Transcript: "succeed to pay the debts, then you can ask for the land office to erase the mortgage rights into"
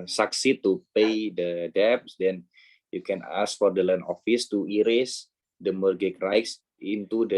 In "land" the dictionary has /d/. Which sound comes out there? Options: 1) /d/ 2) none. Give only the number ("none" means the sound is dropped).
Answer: 2